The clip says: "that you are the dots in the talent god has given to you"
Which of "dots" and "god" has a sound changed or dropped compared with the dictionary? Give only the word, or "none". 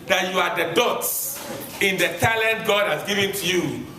none